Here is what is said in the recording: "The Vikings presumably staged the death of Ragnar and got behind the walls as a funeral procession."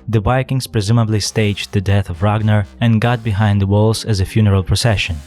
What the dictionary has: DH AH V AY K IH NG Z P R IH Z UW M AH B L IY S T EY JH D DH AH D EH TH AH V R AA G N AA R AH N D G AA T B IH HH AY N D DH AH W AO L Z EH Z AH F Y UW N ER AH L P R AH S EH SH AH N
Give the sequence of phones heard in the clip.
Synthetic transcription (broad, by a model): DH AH B AY K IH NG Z P R IH Z UW M AH B L IY S T EY JH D DH AH D EH TH AH V R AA G N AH R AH N G AA T B IH HH AY N D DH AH W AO L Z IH Z AH F Y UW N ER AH L P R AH S EH SH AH N